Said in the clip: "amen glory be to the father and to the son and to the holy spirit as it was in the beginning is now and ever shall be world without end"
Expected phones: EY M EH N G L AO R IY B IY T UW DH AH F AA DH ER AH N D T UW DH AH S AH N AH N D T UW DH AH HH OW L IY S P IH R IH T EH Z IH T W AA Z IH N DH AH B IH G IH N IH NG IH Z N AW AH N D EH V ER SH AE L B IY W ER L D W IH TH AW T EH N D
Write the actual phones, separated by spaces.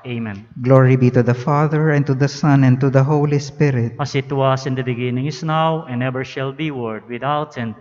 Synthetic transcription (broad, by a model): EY M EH N G L AO R IY B IY T UW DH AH F AA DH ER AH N T UW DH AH S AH N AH N T UW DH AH HH OW L IY S P IH R IH T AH S IH T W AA S IH N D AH B IH G IH N IH NG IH S N AW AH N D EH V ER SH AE L B IY W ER D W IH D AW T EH N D